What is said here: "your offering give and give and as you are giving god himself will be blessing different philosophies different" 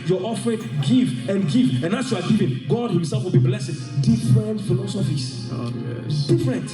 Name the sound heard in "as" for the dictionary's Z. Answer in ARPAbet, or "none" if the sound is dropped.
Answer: S